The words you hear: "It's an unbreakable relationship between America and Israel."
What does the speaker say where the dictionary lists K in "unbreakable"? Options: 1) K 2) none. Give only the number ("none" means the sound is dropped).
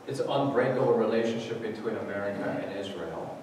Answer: 2